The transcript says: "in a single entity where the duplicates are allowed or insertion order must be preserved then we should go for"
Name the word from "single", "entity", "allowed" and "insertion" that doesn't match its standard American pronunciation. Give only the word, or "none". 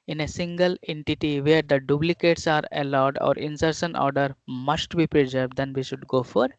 insertion